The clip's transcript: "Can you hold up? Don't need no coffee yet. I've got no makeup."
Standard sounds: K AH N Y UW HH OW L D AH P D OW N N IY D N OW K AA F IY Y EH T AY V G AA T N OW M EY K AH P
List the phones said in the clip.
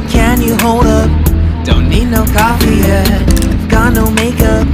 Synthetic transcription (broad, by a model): K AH N Y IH HH OW L D AH P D OW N N IY D N OW K AA F IY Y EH AY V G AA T N OW M EY K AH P